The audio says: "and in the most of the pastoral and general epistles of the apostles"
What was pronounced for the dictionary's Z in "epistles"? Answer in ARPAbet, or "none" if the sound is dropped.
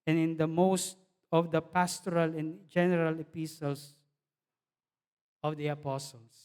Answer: S